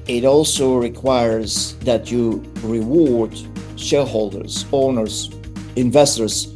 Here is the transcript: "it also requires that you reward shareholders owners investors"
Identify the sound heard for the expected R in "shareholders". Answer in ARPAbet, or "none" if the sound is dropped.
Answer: L